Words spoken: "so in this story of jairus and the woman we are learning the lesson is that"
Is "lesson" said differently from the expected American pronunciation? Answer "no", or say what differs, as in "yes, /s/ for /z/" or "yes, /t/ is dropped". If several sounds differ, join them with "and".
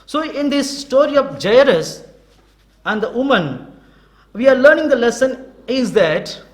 no